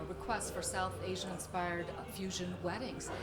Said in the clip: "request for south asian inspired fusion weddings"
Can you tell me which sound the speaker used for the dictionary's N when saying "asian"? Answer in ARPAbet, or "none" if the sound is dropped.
none